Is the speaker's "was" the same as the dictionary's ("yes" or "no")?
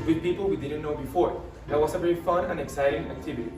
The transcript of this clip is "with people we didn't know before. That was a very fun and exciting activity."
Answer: no